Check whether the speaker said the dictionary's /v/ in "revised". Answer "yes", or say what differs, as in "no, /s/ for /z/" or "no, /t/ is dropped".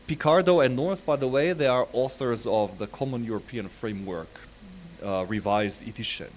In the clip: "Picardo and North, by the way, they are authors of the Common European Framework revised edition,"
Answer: yes